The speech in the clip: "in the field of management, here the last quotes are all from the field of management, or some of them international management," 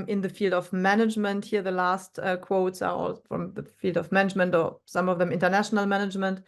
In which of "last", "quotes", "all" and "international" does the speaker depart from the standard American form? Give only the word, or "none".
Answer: none